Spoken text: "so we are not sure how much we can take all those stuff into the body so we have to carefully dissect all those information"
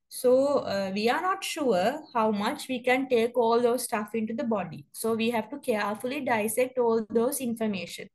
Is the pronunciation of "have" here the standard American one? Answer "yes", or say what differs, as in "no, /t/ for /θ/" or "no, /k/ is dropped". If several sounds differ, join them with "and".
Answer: yes